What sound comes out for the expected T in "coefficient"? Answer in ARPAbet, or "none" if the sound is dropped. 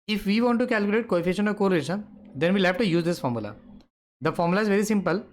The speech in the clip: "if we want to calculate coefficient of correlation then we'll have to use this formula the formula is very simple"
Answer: none